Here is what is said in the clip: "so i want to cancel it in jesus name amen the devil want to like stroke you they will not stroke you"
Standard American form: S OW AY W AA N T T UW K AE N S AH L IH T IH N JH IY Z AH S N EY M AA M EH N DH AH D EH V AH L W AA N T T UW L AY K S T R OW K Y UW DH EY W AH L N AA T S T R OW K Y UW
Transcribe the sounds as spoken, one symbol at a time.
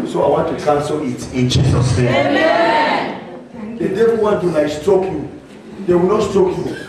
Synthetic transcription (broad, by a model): S OW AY W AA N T T UW K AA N S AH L IH T IH N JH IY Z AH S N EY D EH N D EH AH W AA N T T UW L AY S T OW K Y UW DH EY W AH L N AA T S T OW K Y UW